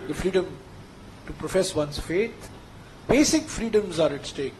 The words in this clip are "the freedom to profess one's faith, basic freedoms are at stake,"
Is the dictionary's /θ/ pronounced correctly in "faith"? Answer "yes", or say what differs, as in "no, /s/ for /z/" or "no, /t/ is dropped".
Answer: no, /t/ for /θ/